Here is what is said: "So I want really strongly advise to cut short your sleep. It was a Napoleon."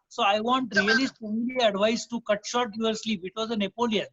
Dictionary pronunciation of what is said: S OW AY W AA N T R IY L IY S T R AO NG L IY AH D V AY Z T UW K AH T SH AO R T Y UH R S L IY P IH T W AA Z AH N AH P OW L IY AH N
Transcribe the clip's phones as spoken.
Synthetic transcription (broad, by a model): S OW AY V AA N T R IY L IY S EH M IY L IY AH D V AY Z T UW K AH T SH AO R T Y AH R S L IY P IH T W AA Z AH N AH P OW L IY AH N